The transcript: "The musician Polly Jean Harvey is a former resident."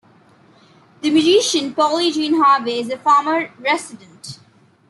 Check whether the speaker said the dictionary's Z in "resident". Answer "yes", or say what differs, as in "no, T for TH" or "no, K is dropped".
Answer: no, S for Z